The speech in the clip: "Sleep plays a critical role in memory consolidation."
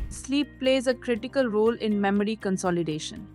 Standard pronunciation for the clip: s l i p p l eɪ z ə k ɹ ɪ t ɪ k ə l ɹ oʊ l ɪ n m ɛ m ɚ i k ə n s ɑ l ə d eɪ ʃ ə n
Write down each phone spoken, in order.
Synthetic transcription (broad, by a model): s l i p p l eɪ z ə k ɹ ɪ t ɪ k ə l ɹ oʊ l ɪ n m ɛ m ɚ i k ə n s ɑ l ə d eɪ ʃ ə n